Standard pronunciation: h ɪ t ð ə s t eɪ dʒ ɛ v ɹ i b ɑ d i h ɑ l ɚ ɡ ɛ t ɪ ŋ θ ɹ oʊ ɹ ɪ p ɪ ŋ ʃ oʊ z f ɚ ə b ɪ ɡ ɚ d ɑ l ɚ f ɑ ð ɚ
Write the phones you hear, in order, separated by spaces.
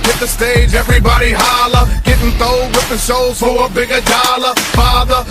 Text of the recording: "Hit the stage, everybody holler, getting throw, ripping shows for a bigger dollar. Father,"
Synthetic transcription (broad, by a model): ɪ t ð ə s t eɪ dʒ ɛ v ɹ i b ɑ d i h ɑ l ɚ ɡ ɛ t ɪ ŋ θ oʊ w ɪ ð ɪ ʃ oʊ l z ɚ ə b ɪ ɡ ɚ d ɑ l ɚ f ɑ ð ɚ